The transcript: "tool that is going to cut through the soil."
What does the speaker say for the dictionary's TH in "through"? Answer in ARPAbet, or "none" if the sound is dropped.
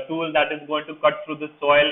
T